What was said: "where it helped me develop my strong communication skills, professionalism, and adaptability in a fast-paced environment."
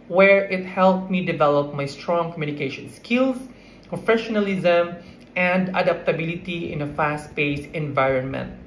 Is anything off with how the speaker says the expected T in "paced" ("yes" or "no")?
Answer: yes